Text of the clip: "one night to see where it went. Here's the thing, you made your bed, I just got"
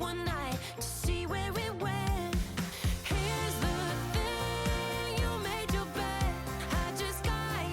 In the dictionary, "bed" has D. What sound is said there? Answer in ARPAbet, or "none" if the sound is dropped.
none